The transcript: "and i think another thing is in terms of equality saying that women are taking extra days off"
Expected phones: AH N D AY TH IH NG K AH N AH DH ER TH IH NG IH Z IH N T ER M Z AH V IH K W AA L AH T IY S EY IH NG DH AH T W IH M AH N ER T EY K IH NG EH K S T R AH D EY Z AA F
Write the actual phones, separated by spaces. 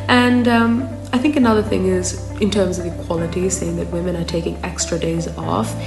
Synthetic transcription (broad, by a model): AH N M AY TH IH NG K AH N AH DH ER TH IH NG IH Z IH N T ER M Z AH V IH K W AA L AH T IY S EY IH NG DH AH T W IH M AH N ER T EY K IH NG EH K S T R AH D EY Z AA F